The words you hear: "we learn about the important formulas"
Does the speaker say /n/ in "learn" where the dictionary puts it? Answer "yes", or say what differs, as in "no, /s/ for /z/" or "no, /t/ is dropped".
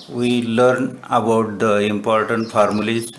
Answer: yes